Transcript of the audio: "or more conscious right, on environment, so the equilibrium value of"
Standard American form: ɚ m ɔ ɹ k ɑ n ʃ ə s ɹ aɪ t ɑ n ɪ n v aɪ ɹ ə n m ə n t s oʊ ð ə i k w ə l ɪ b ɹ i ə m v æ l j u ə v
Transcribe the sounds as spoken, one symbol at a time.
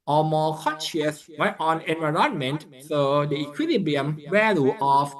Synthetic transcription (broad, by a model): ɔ m ɔ k ɑ n ʃ ə s w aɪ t ɑ n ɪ n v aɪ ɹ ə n m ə n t s oʊ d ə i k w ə l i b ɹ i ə m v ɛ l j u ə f